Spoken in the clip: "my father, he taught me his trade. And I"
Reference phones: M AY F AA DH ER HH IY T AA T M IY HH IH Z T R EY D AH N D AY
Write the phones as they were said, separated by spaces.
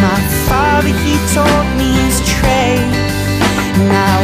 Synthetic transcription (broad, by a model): M AY F AA DH ER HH IY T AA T M IY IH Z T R EY AH N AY